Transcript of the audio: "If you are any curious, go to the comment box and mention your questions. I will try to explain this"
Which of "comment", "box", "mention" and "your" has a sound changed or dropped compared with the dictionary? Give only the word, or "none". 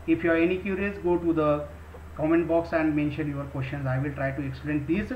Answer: none